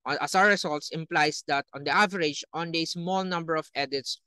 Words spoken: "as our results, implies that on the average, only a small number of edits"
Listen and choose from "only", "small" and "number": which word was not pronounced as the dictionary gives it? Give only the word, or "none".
only